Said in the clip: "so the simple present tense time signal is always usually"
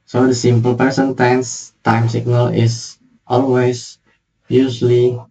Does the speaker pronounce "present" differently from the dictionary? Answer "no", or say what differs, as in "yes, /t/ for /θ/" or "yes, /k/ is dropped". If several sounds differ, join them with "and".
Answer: yes, /ɹ/ is dropped and /s/ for /z/